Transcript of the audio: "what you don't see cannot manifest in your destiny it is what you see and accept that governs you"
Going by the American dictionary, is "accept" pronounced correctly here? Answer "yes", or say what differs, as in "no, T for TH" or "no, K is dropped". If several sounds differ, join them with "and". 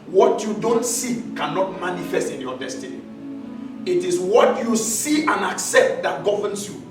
yes